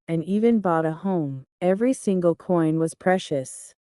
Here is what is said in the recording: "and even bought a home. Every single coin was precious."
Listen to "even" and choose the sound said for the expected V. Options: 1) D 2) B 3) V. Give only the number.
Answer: 3